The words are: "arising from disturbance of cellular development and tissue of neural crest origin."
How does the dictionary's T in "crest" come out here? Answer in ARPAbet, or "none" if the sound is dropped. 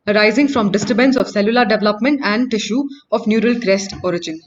T